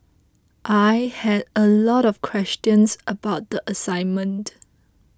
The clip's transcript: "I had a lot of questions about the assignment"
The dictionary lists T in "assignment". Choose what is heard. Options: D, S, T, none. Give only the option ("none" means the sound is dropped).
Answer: T